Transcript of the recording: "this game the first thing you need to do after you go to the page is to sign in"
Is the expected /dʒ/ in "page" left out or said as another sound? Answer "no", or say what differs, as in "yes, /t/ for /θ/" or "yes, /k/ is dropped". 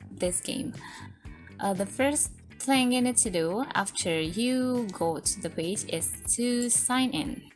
no